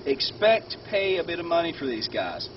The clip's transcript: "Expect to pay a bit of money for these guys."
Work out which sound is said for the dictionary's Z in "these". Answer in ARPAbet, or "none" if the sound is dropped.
Z